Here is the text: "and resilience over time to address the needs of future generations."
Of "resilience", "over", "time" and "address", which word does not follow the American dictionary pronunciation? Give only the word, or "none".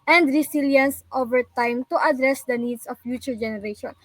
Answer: resilience